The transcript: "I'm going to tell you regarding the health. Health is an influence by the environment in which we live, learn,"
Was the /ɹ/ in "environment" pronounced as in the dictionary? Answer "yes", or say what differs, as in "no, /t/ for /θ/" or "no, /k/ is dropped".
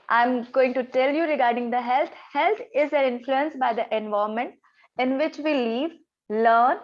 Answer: no, /ɹ/ is dropped